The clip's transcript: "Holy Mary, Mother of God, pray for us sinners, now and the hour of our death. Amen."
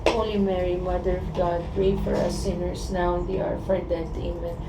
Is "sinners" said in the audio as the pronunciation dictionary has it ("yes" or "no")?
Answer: no